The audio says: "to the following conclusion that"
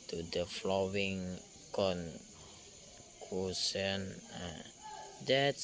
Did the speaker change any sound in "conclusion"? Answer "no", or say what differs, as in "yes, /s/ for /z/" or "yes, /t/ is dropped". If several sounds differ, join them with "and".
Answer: yes, /l/ is dropped and /s/ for /ʒ/